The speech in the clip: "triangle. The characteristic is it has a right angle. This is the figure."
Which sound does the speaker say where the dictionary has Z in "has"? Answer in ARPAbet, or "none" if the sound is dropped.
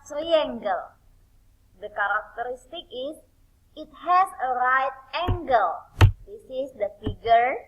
S